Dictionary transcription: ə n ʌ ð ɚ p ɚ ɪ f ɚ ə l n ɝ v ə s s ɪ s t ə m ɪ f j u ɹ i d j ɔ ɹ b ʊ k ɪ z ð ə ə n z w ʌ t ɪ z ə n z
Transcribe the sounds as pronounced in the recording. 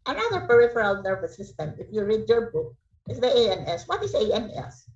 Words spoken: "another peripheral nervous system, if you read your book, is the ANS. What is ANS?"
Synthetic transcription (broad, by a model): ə n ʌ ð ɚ p ɚ ɪ f ɚ ə l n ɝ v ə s s ɪ s t ə m ɪ f j u ɹ i d j ɔ ɹ b ʊ k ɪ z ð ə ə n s w ʌ t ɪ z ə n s